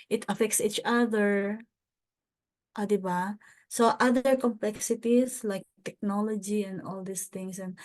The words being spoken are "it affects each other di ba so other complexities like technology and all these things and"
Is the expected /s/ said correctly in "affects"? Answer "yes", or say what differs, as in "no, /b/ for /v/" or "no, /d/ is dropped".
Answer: yes